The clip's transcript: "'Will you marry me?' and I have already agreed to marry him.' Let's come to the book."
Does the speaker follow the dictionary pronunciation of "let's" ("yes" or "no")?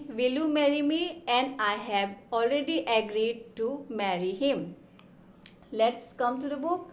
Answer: yes